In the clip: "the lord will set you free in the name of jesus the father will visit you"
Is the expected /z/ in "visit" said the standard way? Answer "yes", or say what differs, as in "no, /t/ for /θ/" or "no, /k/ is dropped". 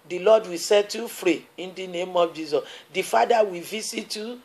no, /s/ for /z/